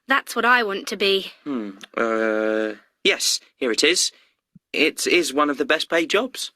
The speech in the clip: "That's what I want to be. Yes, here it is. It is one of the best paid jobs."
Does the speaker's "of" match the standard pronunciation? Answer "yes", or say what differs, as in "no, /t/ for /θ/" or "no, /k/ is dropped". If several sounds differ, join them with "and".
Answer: yes